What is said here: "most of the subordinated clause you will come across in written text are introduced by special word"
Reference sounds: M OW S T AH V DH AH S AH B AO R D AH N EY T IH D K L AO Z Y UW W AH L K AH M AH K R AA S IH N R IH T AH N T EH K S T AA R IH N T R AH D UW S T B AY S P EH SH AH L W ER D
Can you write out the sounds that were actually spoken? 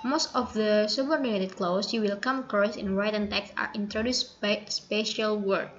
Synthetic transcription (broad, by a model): M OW S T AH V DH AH S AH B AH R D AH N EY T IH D K L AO S Y UW W AH L K AH M K AA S IH N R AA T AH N T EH K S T AA R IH N T R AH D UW S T B AY S P EH SH AH L W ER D